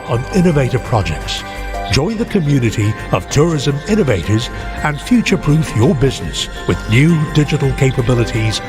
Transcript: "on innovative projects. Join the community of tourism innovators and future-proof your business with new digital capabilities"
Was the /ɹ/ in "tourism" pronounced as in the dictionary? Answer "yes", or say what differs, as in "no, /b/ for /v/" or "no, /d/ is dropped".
yes